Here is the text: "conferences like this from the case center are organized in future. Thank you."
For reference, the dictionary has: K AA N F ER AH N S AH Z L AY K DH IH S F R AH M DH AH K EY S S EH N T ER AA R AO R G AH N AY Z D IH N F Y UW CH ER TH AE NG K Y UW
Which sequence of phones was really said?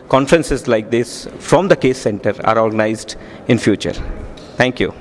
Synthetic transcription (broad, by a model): K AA N F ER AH N S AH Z L AY K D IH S F R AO M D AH K EY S S EH N T ER AA R AO R G AH N AY Z D IH N F Y UW CH ER T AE NG K Y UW